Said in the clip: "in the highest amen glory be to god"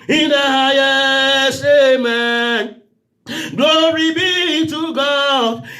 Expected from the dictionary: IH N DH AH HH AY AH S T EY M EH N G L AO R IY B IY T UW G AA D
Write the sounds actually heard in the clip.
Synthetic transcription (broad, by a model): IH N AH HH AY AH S EY M EH N G L AO R IY B IY T UW G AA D